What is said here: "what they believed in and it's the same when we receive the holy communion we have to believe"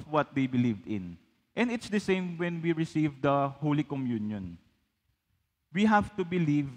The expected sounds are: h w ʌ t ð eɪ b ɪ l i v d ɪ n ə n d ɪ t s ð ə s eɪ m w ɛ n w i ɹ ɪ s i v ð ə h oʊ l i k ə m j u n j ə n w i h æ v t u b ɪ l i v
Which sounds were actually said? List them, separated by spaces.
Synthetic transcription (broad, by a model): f w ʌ t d eɪ b ɪ l i v d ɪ n ə n d ɪ t s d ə s eɪ m w ɛ n w i ɹ ɪ s i v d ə h oʊ l i k ə m j u n j ə n w i h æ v t u b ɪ l i v